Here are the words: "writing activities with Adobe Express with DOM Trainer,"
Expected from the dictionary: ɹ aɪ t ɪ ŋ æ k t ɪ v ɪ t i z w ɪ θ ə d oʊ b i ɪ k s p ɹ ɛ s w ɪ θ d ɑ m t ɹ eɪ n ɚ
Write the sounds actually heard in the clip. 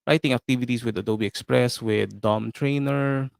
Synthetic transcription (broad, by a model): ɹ aɪ t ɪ ŋ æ k t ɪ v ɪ t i s w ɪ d ə d oʊ b i ɪ k s p ɹ ɛ s w ɪ d ɑ m t ɹ eɪ n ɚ